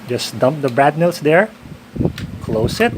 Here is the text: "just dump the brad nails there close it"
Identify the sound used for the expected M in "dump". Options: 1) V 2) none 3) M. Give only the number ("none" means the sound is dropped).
3